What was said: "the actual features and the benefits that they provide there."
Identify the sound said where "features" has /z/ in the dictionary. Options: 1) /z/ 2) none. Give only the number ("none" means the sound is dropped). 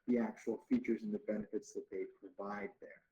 1